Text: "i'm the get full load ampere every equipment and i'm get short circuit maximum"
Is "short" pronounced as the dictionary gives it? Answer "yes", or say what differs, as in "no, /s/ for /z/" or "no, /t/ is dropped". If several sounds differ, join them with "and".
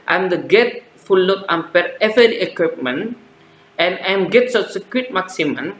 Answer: no, /s/ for /ʃ/